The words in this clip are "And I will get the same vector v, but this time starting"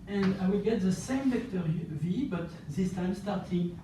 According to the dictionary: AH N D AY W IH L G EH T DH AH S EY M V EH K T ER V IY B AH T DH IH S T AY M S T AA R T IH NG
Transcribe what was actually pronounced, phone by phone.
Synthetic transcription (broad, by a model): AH N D AY W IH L G EH T DH AH S EY M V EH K T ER V IY B AH T DH IH S T AY M S T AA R T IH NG